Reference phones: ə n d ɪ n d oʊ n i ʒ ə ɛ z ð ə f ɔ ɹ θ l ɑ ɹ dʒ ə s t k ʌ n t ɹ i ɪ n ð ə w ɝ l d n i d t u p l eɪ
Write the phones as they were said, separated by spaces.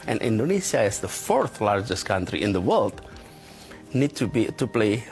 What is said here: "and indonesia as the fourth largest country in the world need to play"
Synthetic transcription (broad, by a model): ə n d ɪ n d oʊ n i s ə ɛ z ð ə f ɔ ɹ θ l ɑ ɹ dʒ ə s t k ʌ n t ɹ i ɪ n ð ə w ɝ l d n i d t u p l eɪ